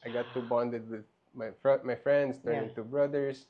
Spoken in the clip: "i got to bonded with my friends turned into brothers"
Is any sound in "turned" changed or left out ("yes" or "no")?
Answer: yes